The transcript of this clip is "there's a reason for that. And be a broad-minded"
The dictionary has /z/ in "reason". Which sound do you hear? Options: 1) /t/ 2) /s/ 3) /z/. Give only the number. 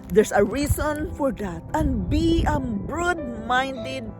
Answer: 2